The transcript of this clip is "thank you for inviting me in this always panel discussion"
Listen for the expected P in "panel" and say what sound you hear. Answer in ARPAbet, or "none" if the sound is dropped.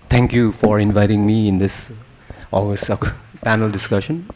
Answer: P